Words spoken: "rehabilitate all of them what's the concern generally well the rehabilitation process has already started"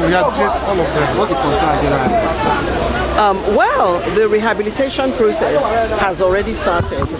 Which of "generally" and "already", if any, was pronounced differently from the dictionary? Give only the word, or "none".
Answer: generally